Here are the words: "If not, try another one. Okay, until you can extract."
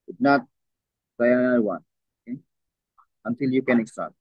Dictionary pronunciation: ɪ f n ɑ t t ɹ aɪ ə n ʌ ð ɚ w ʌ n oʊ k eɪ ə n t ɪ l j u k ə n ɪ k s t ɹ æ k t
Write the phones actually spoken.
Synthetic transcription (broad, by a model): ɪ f n ɑ t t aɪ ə ʌ ɪ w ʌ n oʊ k eɪ ə n t ɪ l j u k ə n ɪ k s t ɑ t